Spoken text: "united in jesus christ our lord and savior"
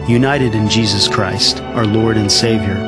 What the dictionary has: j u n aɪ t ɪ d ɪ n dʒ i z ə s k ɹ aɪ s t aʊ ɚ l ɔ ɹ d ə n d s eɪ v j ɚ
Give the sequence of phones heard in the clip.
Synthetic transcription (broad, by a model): j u n aɪ t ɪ d ɪ n dʒ i z ə s k ɹ aɪ s t aʊ ɚ l ɔ ɹ d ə n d s eɪ v j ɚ